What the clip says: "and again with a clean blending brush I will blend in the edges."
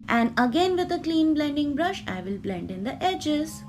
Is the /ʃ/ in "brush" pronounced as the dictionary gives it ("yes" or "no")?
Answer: yes